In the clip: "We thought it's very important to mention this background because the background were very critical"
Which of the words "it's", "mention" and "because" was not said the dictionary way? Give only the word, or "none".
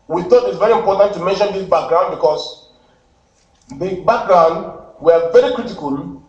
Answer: because